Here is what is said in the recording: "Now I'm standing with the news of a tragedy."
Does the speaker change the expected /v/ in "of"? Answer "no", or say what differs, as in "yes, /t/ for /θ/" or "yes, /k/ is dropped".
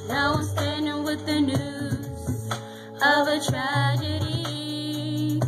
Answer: no